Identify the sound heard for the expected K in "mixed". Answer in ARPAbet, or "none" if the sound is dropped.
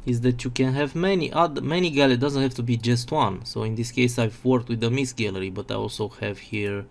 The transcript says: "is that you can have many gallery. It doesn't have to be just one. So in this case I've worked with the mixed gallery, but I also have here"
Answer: none